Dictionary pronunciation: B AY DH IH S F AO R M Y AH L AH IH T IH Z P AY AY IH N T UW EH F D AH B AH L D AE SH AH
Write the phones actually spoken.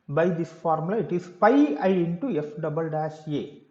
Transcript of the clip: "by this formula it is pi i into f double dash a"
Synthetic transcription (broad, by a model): B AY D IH S F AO R M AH L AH IH T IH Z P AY AY IH N T UW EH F D AH B AH L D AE S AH